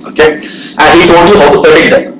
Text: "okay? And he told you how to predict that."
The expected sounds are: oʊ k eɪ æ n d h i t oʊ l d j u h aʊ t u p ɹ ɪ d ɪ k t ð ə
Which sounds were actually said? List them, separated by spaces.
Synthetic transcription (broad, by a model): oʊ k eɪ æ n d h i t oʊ n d j u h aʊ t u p ɪ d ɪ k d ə